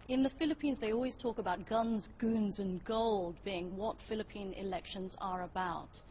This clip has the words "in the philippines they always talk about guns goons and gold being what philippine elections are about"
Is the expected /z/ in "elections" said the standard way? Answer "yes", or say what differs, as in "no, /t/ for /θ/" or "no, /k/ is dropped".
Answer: yes